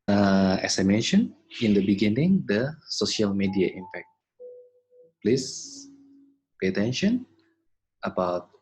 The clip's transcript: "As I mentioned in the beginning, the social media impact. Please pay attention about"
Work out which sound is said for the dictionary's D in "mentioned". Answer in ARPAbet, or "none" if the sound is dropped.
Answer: none